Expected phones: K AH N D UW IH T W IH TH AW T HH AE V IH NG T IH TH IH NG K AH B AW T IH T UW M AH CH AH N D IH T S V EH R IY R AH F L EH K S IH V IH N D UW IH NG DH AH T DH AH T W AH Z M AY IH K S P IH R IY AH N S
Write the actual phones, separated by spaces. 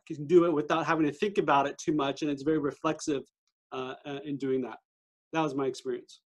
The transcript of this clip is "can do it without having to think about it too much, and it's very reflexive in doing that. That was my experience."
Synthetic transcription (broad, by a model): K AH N D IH IH T W IH TH AW T HH AE V IH NG T IH TH IH NG K AH B AW T IH T UW M AH CH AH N IH T S V EH R IY R AH F L EH K S IH V IH N D UW IH NG DH AH T DH AH T W AH Z M AY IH K S P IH R IY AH N S